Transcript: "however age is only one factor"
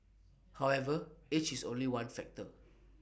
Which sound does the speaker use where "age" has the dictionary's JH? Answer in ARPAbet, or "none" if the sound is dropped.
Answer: CH